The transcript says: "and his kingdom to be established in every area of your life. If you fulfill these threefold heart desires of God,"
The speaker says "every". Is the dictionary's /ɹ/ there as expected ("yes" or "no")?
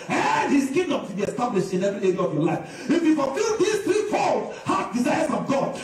no